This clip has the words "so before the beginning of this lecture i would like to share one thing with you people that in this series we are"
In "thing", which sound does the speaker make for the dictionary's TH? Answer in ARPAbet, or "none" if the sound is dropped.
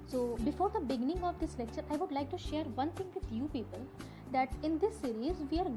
T